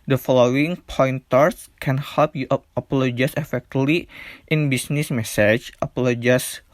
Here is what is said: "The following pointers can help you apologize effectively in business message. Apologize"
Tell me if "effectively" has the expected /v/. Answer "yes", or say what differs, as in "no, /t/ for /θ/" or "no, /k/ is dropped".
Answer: no, /v/ is dropped